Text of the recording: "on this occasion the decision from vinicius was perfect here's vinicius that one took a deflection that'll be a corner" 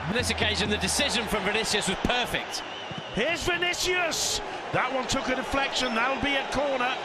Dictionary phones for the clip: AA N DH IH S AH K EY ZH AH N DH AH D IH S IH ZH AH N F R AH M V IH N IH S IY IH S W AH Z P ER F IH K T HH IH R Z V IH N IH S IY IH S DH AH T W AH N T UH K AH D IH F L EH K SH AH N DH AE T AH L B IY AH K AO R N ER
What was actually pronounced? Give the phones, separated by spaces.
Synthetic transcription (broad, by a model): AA N DH IH S AH K EY ZH AH N DH AH D IH S IH ZH AH N F R AH M V IH N IH S IY IH S W AH Z P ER F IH K T HH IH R Z V IH N IH S IY IH S DH AH T W AH N T UH K AH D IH F L EH K SH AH N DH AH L B IY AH K AO R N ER